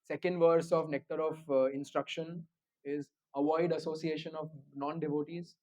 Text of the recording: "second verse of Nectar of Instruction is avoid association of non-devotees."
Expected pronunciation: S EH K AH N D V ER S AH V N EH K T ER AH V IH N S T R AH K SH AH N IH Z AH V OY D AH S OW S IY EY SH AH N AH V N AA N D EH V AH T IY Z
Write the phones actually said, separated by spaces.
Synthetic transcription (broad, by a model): S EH K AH N D V ER S AH V N EH K T ER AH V IH N S T R AH K SH AH N IH Z AH V OY D AH S OW S IY EY SH AH N AH V N AA N D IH V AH T IY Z